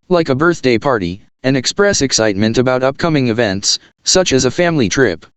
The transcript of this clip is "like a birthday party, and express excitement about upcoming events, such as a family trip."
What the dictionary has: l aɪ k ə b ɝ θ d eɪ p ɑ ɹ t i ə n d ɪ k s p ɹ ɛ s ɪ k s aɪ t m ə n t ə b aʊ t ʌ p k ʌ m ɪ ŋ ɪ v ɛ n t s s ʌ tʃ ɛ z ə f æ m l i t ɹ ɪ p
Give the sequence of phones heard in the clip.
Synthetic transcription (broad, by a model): l aɪ k ə b ɝ θ d eɪ p ɑ ɹ t i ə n ɪ k s p ɹ ɛ s ɪ k s aɪ t m ə n t ə b aʊ t ʌ p k ʌ m ɪ ŋ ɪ v ɛ n t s s ʌ tʃ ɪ z ə f æ m l i t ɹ ɪ p